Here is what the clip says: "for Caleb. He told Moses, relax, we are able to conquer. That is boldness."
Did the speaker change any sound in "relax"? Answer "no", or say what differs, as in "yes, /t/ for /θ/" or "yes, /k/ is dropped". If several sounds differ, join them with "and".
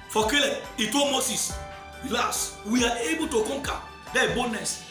yes, /k/ is dropped